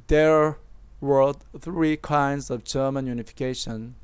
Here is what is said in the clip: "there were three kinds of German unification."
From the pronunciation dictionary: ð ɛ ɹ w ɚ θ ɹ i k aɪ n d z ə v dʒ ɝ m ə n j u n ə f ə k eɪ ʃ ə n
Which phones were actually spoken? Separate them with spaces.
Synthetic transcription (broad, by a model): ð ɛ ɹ w ɚ θ ɹ i k aɪ n d z ə v dʒ ɝ m ə n j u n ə f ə k eɪ ʃ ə n